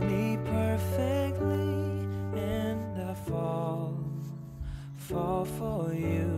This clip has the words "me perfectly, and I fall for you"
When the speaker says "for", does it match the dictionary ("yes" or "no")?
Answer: no